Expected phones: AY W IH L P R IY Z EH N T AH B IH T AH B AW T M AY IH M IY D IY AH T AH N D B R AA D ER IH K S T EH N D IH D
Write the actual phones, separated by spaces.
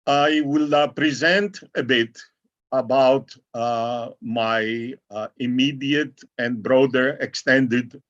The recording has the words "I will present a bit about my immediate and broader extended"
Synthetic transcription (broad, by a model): AY W IH L P R IY Z EH N T AH B IH T AH B AW T M AY IH M IY D IY AH T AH N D B R AA D ER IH K S T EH N D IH D